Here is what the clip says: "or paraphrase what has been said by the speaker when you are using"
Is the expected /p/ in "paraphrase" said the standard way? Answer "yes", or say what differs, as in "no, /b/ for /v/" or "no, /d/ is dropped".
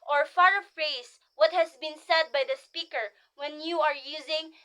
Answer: no, /f/ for /p/